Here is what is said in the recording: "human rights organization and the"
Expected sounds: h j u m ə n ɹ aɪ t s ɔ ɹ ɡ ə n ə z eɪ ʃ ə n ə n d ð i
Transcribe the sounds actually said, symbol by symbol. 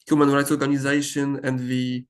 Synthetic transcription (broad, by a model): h j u m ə n ɹ aɪ t s ɔ ɹ ɡ ə n ə z eɪ ʃ ə n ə n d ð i